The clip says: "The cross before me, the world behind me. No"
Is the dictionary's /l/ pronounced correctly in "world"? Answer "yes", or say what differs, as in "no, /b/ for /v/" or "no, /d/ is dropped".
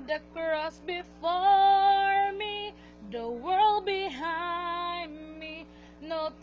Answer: yes